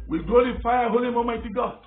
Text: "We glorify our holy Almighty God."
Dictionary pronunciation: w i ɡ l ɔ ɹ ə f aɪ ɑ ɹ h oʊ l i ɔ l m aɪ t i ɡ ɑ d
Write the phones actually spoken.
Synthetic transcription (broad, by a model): w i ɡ ɔ l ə f aɪ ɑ h oʊ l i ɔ m aɪ t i ɡ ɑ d